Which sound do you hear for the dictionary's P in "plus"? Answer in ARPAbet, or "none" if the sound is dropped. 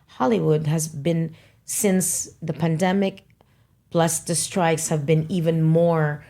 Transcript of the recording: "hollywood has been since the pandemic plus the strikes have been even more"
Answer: B